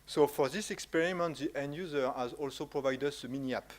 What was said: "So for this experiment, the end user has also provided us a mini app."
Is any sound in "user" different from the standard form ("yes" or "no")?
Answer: no